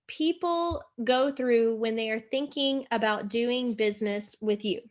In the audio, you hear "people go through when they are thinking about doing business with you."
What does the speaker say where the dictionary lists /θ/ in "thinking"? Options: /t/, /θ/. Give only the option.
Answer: /θ/